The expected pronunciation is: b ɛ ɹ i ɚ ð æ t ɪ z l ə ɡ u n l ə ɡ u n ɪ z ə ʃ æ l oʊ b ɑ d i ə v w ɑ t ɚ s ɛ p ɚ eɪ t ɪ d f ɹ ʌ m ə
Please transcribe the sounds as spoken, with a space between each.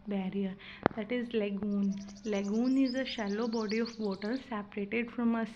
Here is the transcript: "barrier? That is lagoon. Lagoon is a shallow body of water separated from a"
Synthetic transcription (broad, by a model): b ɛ ɹ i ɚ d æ t ɪ z l ə ɡ u n l ə ɡ u n ɪ z ə ʃ æ l oʊ b ɑ d i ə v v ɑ t ɚ s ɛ p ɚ eɪ t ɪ d f ɹ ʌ m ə